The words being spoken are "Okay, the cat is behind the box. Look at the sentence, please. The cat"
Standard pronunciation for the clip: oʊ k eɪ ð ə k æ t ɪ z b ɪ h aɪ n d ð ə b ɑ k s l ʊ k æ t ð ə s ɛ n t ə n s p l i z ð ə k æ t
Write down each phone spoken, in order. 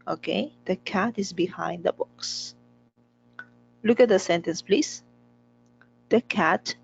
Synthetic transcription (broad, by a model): oʊ k eɪ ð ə k æ t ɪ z b ɪ h aɪ n d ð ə b ɑ k s l ʊ k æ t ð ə s ɛ n t ə n s p l i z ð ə k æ t